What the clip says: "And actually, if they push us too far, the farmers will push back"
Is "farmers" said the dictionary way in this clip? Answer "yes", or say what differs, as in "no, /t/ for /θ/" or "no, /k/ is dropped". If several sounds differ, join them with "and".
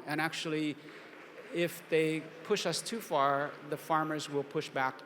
yes